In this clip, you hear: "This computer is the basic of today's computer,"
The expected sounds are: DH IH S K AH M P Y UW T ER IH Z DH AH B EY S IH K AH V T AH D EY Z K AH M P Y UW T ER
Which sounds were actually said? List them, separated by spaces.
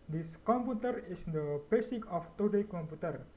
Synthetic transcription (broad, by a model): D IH S K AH M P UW T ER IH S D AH B EY S IH K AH F T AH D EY K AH M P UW T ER